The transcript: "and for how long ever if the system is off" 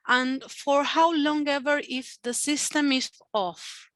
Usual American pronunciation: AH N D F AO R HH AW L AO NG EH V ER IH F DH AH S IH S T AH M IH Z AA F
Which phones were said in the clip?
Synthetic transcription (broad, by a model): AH N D F AO R HH AW L AO NG EH V ER IH F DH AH S IH S T AH M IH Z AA F